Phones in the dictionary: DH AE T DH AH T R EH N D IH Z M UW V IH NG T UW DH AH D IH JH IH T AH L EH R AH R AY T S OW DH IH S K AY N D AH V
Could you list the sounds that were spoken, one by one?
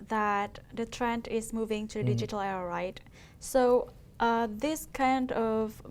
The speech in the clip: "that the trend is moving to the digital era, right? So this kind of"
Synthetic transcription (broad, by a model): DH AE T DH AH T R EH N D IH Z M UW V IH NG T UW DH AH D IH JH IH T AH L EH AH R AY T S OW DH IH S K AY N D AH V